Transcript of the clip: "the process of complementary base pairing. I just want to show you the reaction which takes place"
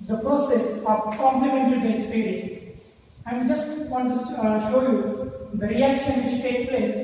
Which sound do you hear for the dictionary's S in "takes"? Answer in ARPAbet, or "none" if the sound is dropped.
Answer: none